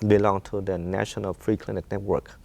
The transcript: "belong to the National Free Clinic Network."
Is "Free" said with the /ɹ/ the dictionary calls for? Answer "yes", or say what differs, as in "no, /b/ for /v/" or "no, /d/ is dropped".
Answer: yes